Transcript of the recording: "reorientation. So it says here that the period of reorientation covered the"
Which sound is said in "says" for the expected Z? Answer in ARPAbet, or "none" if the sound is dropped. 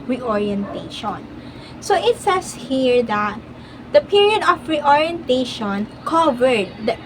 S